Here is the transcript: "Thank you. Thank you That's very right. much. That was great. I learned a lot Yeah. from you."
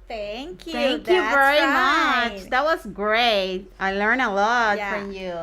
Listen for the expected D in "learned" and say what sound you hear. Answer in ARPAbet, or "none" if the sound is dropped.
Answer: none